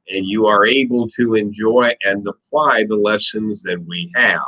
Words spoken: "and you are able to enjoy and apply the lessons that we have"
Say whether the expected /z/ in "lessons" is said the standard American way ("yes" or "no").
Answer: yes